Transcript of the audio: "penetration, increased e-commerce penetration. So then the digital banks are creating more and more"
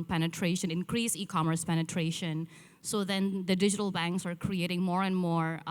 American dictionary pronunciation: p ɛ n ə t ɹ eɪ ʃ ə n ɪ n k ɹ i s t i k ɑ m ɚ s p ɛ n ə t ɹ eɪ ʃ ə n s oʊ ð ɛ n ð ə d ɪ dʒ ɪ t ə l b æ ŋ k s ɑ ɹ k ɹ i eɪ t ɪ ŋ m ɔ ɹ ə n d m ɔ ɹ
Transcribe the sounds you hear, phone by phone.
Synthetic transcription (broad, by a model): p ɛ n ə t ɹ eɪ ʃ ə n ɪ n k ɹ i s i k ɑ m ɚ s p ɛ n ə t ɹ eɪ ʃ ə n s oʊ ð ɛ n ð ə d ɪ dʒ ɪ t ə l b æ ŋ k s ɑ ɹ k ɹ i eɪ t ɪ ŋ m ɔ ɹ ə n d m ɔ ɹ